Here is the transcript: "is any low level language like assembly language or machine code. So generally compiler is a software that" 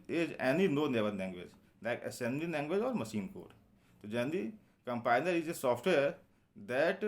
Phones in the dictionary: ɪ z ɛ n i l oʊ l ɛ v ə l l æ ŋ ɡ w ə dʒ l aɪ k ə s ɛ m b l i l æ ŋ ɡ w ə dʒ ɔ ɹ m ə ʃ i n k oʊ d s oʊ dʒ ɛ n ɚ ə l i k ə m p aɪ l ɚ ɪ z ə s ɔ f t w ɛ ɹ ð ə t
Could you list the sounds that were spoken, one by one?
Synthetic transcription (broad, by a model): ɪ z ɛ n i n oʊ n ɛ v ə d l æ ŋ ɡ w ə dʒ l aɪ k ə s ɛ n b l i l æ ŋ ɡ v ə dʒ ɔ ɹ m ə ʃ i n k oʊ d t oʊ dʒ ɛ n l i k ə m p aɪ n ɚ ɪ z ə s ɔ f t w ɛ ɹ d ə t